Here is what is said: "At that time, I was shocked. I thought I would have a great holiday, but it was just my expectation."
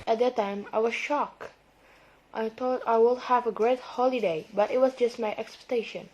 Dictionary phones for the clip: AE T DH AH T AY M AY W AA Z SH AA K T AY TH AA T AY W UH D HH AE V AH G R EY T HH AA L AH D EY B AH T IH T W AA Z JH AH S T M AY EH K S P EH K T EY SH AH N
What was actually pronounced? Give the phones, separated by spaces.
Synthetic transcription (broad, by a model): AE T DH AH T AY M AY W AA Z SH AA K T AY T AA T AY W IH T HH AE V AH G R EY T HH AA L AH D EY B AH T IH T W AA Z JH AH S T M AY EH K S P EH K T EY SH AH N